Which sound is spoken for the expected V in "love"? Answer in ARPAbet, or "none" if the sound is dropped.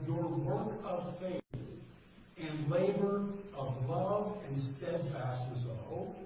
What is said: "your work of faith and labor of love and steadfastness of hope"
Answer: V